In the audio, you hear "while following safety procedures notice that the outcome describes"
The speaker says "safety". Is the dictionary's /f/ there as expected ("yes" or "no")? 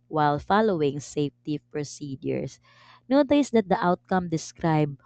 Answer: yes